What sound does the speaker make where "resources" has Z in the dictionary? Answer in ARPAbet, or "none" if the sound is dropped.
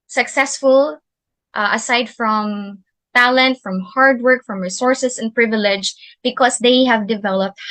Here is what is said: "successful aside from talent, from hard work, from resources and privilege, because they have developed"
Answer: S